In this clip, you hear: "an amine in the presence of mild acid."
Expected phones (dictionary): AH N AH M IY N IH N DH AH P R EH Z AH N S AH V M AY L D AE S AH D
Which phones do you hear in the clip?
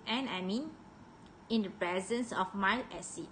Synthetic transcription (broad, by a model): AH N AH M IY N IH N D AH P R EH Z AH N S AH F M AY L EH S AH